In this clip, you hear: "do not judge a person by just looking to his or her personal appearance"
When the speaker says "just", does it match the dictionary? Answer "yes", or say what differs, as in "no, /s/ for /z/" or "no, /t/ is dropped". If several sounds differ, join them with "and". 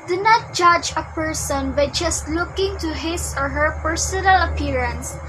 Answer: yes